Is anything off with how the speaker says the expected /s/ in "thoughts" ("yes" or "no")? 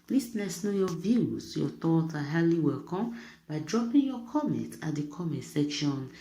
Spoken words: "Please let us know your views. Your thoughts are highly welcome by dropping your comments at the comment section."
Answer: yes